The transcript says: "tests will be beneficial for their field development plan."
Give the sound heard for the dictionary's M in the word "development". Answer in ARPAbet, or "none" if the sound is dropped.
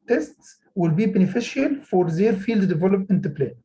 none